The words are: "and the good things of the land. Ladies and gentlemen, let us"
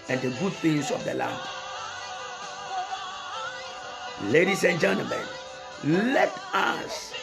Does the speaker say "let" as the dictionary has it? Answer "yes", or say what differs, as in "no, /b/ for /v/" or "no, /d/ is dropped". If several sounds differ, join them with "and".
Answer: yes